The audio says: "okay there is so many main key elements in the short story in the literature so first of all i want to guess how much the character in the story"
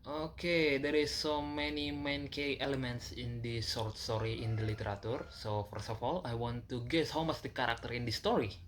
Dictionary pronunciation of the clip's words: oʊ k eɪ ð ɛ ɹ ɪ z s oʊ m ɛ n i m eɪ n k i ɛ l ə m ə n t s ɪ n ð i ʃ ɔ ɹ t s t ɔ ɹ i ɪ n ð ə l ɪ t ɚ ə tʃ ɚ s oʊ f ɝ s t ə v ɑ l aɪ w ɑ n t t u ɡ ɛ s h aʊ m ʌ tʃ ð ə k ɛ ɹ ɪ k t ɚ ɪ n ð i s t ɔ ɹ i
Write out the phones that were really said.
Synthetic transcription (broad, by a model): oʊ k eɪ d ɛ ɹ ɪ s oʊ m ɛ n i m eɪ n k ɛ ɛ l ə m ə n t s ɪ n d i s ɔ ɹ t s t ɔ ɹ i ɪ n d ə l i t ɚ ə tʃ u s oʊ f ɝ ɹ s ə f ɑ l aɪ w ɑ n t t u ɡ ɛ s h aʊ m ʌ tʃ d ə k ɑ ɹ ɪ k t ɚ ɪ n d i s t ɔ ɹ i